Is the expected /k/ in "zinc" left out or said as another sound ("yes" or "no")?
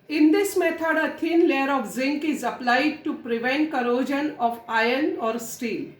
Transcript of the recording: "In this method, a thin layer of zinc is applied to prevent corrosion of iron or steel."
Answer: no